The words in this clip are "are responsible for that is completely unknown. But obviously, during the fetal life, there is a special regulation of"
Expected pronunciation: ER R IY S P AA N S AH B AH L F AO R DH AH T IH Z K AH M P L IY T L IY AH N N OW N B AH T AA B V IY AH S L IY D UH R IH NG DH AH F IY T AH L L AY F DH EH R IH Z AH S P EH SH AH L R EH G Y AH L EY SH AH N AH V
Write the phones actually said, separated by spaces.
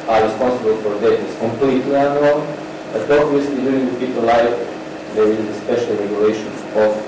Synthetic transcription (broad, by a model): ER R IY S P AA N S AH B AH L F AO R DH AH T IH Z K AH M P L IY T L IY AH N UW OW L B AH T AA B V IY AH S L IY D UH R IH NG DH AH P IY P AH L L AY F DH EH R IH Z AH S P EH SH AH L R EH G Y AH L EY SH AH N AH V